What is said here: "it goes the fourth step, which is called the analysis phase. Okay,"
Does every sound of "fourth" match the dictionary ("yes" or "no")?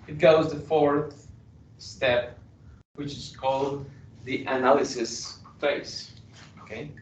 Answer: yes